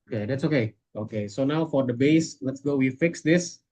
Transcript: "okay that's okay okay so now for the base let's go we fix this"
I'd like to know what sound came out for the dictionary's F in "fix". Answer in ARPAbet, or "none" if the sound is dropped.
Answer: F